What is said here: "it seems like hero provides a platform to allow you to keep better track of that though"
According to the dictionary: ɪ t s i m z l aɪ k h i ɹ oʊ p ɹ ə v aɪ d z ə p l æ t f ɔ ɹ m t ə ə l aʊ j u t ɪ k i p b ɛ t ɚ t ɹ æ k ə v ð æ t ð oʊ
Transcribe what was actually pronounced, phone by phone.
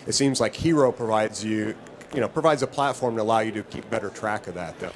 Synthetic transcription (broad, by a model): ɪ t s i m z l aɪ k h i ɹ oʊ p ɹ ə v aɪ d z ə p l æ t f ɔ ɹ m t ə ə l aʊ j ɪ t ɪ k i p b ɛ t ɚ t ɹ æ k ə v ð æ t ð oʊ